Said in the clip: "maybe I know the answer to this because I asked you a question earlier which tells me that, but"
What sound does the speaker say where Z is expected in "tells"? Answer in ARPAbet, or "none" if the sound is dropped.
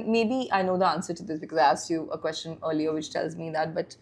Z